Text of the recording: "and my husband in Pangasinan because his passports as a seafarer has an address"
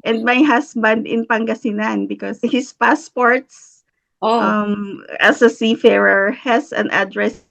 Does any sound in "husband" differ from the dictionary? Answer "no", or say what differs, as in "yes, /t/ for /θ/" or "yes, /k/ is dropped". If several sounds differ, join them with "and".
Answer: yes, /s/ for /z/